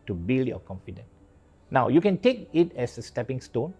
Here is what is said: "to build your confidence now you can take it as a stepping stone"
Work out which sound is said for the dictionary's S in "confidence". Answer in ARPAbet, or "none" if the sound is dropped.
none